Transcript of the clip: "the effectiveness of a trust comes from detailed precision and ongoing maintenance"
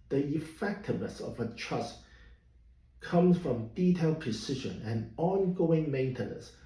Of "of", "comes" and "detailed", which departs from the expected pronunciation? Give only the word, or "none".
none